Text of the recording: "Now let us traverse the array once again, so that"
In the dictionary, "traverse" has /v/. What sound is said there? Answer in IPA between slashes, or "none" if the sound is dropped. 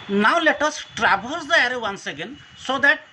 /b/